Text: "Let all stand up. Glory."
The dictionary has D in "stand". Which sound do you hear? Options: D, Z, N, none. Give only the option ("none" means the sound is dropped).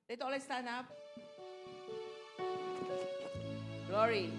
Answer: none